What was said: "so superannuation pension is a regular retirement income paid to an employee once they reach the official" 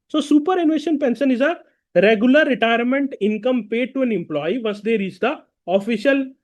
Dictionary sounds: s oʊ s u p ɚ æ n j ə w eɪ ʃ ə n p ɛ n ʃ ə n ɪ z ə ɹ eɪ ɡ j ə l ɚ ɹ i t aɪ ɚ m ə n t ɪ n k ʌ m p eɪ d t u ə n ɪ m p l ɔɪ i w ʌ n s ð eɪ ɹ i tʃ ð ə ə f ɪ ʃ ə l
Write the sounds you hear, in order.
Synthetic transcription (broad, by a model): s oʊ s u p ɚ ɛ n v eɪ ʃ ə n p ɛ n s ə n ɪ z ə ɹ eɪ ɡ j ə l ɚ ɹ i t aɪ ɚ m ə n t ɪ n k ʌ m p eɪ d t u ə n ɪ m p l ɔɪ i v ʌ s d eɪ ɹ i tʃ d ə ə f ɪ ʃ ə l